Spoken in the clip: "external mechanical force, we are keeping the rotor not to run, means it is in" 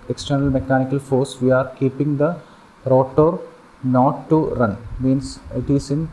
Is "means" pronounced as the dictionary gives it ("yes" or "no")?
no